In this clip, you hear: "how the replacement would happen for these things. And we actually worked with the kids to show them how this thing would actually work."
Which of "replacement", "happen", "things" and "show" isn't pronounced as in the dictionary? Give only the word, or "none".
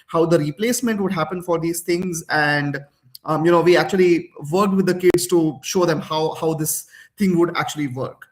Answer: things